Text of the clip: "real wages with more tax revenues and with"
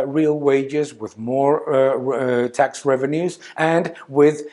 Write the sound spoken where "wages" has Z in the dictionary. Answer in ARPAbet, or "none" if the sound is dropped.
Z